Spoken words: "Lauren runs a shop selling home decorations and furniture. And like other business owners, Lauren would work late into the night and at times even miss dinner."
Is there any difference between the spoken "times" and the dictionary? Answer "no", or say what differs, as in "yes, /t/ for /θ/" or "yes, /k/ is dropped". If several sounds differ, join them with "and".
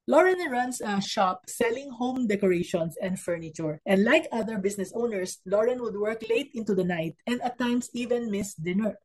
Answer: yes, /s/ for /z/